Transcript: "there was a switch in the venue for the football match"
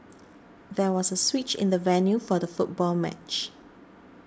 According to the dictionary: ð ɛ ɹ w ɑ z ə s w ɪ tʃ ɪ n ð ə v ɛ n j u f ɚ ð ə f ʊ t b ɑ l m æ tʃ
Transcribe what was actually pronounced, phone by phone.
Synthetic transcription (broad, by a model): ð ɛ w ɑ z ə s w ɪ tʃ ɪ n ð ə v ɛ n j u f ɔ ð ə f ʊ t b ɑ l m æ tʃ